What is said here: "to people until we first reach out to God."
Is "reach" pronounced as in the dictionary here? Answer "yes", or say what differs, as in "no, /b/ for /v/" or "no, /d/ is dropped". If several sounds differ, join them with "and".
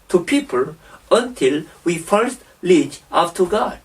no, /l/ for /ɹ/